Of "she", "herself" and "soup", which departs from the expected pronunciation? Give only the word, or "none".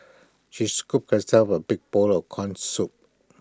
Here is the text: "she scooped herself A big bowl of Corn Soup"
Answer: herself